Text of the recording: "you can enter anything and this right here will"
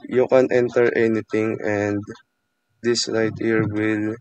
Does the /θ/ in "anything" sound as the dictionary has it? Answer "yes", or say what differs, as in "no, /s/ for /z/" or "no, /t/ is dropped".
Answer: no, /t/ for /θ/